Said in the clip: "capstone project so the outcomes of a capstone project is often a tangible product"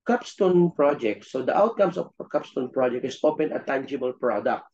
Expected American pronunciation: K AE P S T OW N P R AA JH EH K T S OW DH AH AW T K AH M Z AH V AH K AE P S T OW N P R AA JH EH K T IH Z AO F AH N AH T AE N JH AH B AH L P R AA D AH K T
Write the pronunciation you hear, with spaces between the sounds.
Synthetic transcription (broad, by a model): K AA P S T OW N P R AA JH EH K T S OW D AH AW T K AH M S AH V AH K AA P S T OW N P R AA JH EH K T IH S AO P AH N AH T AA N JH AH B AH L P R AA D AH K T